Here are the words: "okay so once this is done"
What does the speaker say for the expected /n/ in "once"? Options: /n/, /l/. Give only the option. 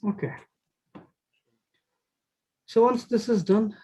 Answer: /l/